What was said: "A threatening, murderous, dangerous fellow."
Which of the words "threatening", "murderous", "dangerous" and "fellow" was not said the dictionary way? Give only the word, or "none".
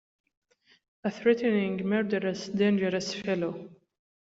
none